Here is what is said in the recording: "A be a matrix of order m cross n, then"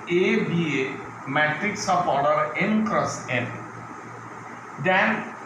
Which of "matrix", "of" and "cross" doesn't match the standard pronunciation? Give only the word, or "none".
of